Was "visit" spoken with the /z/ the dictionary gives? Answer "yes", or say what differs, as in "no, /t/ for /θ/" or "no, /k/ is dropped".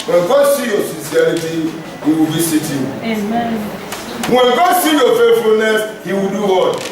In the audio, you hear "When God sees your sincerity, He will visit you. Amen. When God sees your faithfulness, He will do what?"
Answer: no, /s/ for /z/